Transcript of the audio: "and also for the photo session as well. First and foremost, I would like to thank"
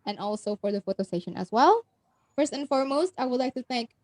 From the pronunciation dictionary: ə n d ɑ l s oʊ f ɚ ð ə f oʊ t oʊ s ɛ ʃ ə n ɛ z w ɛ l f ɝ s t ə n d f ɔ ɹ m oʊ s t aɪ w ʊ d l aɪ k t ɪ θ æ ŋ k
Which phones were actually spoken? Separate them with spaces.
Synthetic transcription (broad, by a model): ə n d ɑ l s oʊ f ɚ ð ə f oʊ t oʊ s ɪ ʃ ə n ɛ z w ɛ l f ɝ s t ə n f ɔ ɹ m oʊ s t aɪ w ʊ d l aɪ k t ɪ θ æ ŋ k